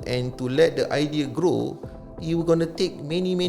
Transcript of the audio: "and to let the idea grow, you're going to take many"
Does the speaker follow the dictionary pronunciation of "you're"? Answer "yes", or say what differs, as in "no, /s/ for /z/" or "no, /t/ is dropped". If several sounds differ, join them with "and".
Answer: no, /w/ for /ɹ/